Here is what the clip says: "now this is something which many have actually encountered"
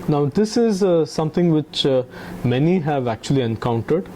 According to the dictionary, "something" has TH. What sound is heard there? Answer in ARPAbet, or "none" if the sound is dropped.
T